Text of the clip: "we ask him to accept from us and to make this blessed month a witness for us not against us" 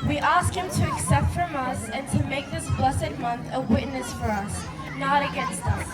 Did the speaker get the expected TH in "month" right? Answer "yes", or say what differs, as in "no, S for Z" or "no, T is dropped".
yes